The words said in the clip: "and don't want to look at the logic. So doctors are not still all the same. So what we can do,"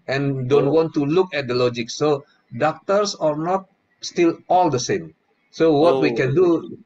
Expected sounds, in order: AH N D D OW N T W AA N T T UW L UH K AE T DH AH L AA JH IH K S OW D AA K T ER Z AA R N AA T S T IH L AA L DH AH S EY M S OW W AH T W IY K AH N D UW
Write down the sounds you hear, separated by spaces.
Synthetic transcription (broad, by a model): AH N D D OW N T W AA N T T UW L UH K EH T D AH L AA JH IH K S OW D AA K T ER S AA R N AA T S T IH L AA L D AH S EY M S OW W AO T W IY K AH N D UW